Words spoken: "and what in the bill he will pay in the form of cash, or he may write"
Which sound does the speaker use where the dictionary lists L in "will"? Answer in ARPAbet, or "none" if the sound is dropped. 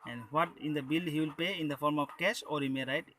L